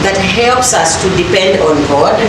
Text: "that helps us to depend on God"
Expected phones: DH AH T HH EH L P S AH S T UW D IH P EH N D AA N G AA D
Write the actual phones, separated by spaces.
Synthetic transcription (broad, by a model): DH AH T HH EH L P S AH S T UW D IH P EH N D AA N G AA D